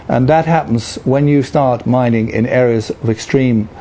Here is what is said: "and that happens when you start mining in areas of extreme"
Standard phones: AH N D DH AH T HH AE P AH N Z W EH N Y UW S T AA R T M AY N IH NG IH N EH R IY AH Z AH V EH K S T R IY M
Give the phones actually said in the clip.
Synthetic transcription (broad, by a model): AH N DH AH T HH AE P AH N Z W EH N Y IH S T AA R T M AY N IH NG IH N EH R IY AH Z AH V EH K S T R IY M